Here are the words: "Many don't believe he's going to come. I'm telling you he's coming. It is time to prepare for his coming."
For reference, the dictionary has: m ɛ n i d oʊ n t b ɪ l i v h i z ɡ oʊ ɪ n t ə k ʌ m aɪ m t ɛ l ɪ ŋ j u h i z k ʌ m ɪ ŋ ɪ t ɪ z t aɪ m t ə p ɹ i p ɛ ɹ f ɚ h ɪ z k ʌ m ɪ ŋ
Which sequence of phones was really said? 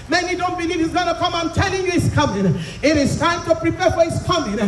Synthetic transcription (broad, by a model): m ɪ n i d oʊ n t b ɪ l i v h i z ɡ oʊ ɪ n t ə k ʌ m aɪ m t ɛ l ɪ ŋ j u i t k ʌ m ɪ ŋ ɪ t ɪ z t aɪ m t ə p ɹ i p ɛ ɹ f ɚ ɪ s k ʌ m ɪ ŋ